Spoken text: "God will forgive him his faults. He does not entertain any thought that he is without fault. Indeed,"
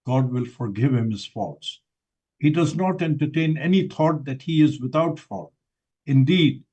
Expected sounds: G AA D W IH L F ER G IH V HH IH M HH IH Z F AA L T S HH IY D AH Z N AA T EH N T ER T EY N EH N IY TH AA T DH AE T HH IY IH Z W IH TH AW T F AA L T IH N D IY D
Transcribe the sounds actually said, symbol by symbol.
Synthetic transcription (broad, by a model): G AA D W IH L F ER G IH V HH IH M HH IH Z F AA T S HH IY D AH Z N AA T EH N T ER T EY N EH N IY T AA T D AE T HH IY IH Z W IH T AW T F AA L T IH N D IY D